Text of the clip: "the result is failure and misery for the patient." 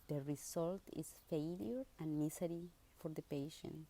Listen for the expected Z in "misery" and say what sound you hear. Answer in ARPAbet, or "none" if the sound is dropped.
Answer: S